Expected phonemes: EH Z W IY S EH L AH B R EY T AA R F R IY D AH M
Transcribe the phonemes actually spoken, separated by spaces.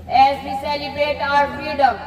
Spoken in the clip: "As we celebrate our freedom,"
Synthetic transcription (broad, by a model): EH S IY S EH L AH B EY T AA R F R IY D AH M